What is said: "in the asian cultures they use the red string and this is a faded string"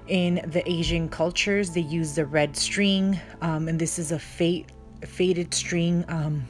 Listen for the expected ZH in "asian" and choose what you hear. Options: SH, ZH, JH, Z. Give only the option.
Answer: ZH